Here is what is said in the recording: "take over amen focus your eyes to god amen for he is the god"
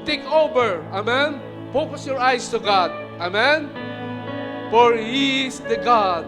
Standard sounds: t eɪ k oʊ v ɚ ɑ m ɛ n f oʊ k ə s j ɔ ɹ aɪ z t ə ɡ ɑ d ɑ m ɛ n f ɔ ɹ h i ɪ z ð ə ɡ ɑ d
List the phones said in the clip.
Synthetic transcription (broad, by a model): t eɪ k oʊ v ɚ ɑ m ɛ n p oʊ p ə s j ɔ ɹ aɪ s t ə ɡ ɑ d ɑ m ɛ n f ɔ ɹ h i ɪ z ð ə ɡ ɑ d